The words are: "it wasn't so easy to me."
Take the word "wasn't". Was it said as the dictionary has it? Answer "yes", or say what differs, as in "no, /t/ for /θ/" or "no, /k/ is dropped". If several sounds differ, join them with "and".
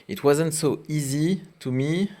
yes